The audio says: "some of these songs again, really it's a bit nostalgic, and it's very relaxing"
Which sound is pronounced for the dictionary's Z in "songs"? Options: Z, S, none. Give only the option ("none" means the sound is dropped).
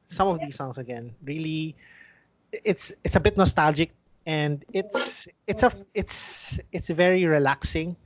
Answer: S